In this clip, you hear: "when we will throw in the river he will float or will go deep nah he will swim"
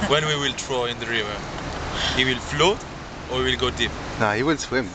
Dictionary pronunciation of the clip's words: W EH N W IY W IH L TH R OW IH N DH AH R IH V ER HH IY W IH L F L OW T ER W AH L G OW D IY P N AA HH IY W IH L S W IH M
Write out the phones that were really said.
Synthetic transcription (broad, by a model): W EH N W IY W IH L T R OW IH N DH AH R IH V ER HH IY W IH L F L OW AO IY W AH L G OW D IY P N AA HH IY W IH L S W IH M